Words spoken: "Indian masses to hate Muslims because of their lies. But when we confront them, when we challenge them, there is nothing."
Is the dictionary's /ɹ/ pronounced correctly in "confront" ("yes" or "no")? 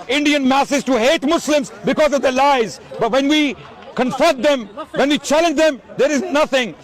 no